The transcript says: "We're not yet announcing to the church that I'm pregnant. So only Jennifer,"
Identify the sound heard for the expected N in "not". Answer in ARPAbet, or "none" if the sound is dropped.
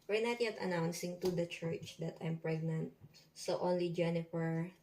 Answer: N